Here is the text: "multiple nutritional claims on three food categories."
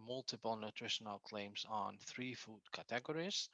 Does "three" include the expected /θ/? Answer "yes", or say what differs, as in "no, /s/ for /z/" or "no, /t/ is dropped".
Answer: yes